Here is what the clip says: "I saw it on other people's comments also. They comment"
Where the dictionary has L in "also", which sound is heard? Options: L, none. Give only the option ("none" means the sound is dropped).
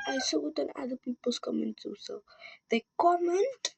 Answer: none